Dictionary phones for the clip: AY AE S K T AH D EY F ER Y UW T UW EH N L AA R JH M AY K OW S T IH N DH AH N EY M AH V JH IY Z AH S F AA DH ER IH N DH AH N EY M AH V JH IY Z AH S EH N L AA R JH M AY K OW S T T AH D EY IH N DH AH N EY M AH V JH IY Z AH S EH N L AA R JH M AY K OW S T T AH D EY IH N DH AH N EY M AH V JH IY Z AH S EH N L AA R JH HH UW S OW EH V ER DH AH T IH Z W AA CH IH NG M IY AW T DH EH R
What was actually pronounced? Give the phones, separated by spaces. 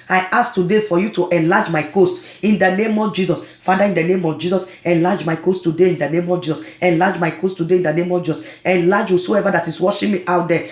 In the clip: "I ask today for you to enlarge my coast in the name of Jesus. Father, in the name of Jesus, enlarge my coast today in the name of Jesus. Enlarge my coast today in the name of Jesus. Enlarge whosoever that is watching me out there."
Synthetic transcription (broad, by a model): AY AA S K T AH D EY F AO Y UW T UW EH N L AA JH M AY K OW S T IH N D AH N EY M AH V JH IY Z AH S F AA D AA IH N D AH N EY M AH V JH IY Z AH S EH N L AA JH M AY K OW S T T AH D EY IH N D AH N EY M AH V JH IY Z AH S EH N L AA JH M AY K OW S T T AH D EY IH N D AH N EY M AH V JH IY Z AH S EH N L AA JH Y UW S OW EH V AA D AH T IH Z W AA SH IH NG M IY AW T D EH